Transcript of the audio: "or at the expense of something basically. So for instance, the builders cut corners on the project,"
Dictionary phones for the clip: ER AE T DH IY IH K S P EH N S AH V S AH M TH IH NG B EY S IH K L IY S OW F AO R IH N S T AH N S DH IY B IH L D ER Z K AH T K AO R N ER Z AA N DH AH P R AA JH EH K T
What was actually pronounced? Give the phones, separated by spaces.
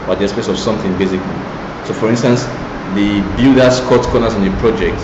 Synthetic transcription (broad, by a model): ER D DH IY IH S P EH S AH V S AH M TH IH NG B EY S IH K L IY S OW F AO R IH N S T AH N S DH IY B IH L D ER S K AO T K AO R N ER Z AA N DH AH P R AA JH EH K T